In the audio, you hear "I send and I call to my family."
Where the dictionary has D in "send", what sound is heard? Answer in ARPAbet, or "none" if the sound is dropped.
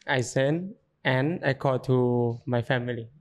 none